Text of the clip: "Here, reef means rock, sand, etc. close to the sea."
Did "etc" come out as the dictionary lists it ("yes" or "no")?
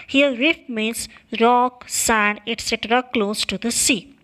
yes